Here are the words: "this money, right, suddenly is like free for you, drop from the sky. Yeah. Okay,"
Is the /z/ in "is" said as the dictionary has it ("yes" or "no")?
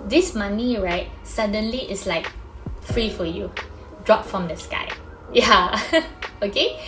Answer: no